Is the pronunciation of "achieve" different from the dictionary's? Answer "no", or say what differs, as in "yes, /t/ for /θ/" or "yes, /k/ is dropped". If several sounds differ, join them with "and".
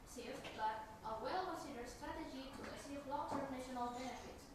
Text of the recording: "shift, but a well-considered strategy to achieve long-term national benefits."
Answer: yes, /s/ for /tʃ/